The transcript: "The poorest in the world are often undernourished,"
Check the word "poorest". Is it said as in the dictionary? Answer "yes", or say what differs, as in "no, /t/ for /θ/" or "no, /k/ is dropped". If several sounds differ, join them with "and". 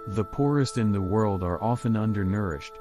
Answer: yes